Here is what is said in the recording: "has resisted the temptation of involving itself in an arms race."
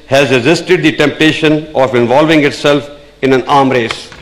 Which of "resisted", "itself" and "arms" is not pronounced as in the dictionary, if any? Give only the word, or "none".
arms